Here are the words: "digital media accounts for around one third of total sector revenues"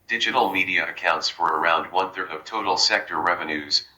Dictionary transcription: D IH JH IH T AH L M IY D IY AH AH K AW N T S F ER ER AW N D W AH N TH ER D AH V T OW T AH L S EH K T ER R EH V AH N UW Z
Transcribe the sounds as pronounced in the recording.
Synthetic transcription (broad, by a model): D IH JH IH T L M IY D IY AH AH K AW N T S F ER ER AW N D W AH N TH ER D AH V T OW T L S EH K T ER R EH V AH N UW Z